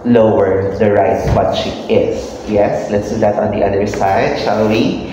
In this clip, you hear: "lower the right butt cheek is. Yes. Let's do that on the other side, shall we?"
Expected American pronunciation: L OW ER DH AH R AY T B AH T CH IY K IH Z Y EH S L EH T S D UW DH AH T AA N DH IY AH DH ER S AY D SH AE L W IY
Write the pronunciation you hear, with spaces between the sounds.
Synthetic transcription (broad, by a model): L OW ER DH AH R AY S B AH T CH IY IH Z Y EH S L EH T S D UW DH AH T AA N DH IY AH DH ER S AY D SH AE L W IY